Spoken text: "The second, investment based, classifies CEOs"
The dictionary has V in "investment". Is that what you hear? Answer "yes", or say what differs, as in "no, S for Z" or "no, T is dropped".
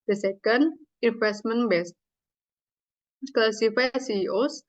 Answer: no, F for V